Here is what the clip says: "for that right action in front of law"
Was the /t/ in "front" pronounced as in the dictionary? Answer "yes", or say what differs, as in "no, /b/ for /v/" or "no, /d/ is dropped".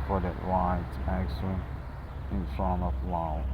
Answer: no, /t/ is dropped